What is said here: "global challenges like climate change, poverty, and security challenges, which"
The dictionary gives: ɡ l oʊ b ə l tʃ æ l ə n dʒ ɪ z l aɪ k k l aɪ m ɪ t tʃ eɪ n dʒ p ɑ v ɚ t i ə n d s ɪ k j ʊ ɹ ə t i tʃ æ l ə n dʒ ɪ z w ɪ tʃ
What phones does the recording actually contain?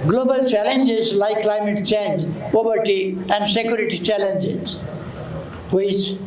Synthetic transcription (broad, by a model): ɡ l oʊ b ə l tʃ æ l ə n dʒ ɪ z l aɪ k k l aɪ m ɪ t tʃ eɪ n dʒ p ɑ b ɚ t i ə n d s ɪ k j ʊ ɹ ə t i tʃ æ l ə n dʒ ɪ z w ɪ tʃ